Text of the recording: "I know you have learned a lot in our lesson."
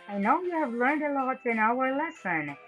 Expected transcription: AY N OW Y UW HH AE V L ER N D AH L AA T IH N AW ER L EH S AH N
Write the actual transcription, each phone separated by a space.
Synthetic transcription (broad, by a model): AY N OW Y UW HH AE V L ER N D AH L AA T IH N AW ER L EH S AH N